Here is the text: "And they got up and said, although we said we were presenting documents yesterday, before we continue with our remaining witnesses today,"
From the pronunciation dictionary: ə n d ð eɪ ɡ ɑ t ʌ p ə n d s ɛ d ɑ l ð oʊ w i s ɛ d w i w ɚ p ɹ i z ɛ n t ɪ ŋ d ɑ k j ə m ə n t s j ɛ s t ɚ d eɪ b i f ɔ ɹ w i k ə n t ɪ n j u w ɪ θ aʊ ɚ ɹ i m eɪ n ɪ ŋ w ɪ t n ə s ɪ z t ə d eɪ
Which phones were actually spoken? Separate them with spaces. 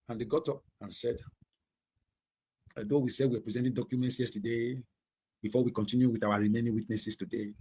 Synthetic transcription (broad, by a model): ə n d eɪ ɡ ɑ t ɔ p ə n s ɛ d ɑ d oʊ w i s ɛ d w i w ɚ p ɹ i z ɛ n t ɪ d ɑ k j ə m ə n t s j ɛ s t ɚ d eɪ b i f ɔ w i k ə n t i n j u w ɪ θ aʊ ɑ ɹ i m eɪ n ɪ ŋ w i t n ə s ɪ s t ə d eɪ